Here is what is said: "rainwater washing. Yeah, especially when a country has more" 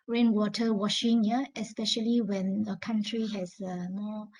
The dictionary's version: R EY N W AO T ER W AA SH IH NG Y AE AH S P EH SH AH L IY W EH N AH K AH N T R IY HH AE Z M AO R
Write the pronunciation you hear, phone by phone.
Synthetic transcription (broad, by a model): R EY N W AO T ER W AA SH IH NG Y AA AH S P EH SH AH L IY W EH N AH K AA N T R IY HH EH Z M AO